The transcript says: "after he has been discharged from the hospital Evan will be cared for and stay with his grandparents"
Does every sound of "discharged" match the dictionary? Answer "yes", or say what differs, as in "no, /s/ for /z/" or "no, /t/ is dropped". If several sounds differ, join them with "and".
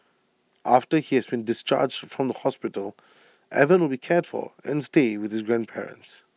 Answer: yes